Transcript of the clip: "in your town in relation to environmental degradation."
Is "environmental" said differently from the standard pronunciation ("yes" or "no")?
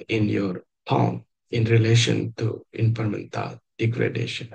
yes